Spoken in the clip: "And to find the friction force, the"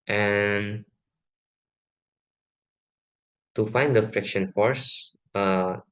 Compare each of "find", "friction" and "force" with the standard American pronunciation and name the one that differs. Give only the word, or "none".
none